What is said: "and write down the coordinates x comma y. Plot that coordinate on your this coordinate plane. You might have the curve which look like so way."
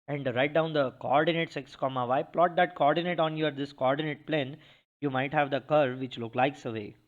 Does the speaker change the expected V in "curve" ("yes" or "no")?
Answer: no